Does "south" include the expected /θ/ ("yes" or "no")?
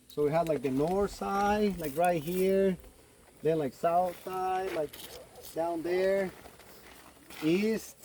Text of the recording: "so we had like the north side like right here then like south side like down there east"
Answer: yes